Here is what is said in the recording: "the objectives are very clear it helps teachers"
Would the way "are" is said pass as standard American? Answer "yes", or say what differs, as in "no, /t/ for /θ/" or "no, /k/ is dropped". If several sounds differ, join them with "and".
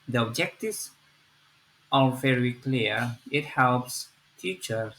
no, /l/ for /ɹ/